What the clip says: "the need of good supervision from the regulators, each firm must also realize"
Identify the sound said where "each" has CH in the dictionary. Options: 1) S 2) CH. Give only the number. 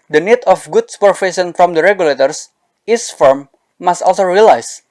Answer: 1